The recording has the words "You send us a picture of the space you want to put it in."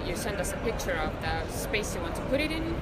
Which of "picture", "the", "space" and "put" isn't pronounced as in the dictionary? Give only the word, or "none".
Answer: none